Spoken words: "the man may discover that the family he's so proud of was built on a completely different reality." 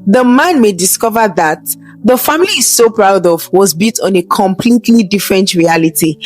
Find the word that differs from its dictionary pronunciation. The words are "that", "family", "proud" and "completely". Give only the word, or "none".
family